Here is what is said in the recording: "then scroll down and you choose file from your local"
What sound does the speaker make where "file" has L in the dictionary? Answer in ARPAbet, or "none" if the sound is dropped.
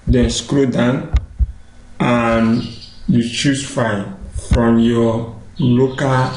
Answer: N